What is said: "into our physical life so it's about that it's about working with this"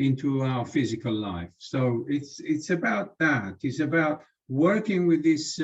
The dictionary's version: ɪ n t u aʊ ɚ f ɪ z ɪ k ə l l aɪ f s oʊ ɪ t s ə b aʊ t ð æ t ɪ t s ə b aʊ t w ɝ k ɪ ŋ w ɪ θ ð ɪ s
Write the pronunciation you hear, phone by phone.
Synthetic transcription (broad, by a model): ɪ n t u aʊ ɚ f ɪ z ɪ k ə l l aɪ f s oʊ ɪ t s ə b aʊ t ð æ t ɪ t s ə b aʊ t w ɝ k ɪ ŋ w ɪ ð ɪ s